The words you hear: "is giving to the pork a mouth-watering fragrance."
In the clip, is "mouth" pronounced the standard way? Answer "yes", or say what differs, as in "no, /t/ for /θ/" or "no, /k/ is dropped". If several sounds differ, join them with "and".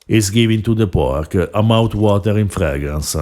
no, /t/ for /θ/